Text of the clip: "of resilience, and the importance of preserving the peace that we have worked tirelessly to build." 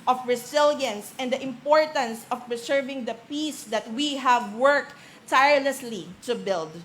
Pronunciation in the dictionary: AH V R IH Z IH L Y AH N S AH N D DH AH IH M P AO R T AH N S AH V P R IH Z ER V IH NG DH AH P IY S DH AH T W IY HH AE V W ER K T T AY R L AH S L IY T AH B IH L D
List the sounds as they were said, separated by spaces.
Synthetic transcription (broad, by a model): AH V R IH S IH L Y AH N S AH N D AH IH M P AO R T AH N S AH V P R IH S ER V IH NG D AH P IY S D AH T W IY HH AE V W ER K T T AY R L AH S L IY T AH B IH L D